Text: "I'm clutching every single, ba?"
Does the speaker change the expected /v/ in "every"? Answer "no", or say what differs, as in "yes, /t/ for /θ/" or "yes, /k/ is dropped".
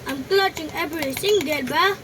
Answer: yes, /b/ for /v/